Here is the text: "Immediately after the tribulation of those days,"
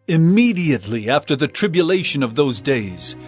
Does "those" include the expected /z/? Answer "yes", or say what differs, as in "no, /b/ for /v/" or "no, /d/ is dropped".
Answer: yes